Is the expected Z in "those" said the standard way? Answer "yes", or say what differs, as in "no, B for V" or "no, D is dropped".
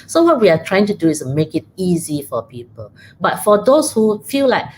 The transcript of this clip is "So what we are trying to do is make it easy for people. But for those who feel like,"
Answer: no, S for Z